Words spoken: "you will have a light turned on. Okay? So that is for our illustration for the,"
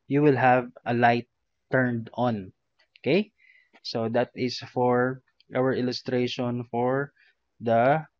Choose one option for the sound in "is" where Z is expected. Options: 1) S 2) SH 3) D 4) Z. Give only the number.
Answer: 1